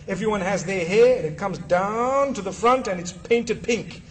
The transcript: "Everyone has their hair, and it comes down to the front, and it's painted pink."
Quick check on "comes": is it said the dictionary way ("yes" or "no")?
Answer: yes